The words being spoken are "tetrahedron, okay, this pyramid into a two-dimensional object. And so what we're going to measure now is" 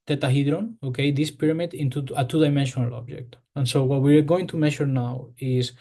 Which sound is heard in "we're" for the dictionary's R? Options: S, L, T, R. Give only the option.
R